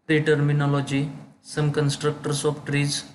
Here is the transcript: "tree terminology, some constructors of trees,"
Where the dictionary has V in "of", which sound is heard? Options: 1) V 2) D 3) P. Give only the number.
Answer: 3